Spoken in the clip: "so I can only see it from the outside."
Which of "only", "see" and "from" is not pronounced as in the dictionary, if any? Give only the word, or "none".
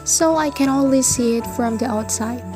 only